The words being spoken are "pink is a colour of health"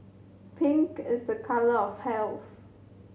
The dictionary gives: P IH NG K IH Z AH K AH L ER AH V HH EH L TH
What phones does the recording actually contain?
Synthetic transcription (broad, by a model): P IH NG K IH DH AH K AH L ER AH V HH EH L TH